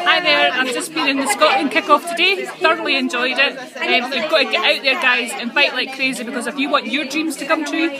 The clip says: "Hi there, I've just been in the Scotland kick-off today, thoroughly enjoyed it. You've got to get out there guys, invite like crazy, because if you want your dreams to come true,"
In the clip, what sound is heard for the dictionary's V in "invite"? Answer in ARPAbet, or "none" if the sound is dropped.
F